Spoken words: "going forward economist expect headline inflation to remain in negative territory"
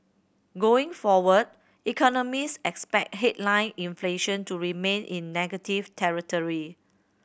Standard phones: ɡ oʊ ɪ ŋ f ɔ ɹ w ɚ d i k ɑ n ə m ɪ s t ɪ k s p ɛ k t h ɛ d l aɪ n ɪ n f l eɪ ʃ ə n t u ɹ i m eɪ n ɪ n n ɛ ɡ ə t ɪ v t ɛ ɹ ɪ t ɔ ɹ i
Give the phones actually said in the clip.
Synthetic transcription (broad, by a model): ɡ oʊ ɪ ŋ f ɔ w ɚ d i k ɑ n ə m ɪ s ɪ k s p ɛ k t h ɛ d l aɪ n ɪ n f l eɪ ʃ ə n t u ɹ i m eɪ n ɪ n n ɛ ɡ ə t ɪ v t ɛ ɹ ɪ t ɔ ɹ i